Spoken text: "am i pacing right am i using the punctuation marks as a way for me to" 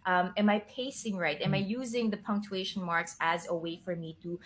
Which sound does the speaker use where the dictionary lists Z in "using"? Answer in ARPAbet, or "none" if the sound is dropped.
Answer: Z